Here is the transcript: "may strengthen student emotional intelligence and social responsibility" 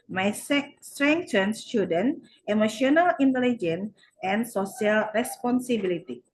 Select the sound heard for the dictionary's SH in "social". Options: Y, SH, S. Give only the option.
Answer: S